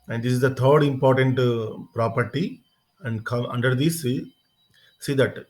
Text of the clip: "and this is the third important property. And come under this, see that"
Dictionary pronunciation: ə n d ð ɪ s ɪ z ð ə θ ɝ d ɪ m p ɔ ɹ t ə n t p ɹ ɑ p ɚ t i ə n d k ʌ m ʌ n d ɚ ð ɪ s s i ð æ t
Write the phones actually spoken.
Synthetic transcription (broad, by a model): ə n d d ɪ s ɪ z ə t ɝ d ɪ m p ɔ ɹ t ə n t p ɹ ɑ p ɚ t i ə n d k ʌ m ʌ n d ɚ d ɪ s s i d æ t